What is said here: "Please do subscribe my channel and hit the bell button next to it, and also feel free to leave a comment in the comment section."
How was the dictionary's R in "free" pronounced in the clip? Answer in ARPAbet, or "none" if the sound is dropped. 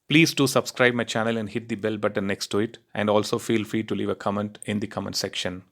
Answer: R